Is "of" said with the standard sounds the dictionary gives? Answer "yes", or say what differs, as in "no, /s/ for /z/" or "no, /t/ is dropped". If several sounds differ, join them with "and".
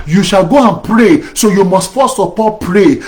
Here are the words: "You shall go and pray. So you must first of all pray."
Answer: no, /p/ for /v/